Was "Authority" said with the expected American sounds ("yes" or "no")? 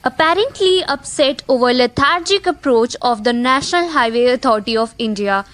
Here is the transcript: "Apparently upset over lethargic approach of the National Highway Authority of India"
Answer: no